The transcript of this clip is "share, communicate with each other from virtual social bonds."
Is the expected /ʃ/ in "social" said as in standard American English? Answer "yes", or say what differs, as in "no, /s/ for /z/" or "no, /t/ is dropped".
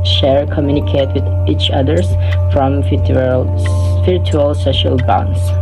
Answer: yes